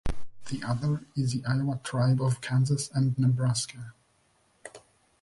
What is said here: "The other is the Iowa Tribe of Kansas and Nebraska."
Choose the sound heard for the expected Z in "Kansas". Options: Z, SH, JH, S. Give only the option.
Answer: Z